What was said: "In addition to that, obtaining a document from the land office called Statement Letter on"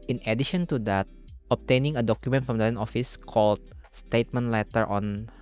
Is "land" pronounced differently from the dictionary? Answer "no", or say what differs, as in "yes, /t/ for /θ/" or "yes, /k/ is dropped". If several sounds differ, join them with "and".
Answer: yes, /d/ is dropped